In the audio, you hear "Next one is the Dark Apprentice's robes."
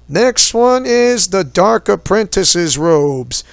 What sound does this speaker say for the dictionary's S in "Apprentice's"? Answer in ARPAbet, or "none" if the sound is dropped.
S